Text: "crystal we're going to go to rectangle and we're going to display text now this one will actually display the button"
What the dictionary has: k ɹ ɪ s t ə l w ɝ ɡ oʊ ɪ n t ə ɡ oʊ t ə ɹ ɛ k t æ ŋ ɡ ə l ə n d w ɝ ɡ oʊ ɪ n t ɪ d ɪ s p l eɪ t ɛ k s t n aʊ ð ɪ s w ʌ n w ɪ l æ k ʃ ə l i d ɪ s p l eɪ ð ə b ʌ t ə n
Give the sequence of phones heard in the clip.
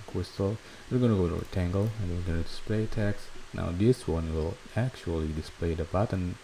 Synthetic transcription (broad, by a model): k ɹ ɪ s t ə l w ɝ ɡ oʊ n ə ɡ oʊ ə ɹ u t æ ŋ ɡ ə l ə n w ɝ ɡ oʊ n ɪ d ɪ s p l eɪ t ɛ k s n aʊ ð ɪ s w ʌ n w ɪ l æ k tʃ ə l i d ɪ s p l eɪ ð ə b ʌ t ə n